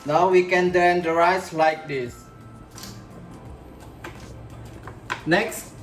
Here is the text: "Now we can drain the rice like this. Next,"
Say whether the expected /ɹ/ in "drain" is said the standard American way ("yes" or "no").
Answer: no